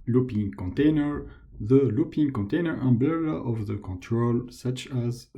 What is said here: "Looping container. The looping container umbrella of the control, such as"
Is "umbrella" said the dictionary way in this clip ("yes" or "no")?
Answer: no